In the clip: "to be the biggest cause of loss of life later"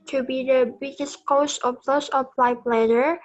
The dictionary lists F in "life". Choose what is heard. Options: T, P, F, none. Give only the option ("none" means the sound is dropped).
P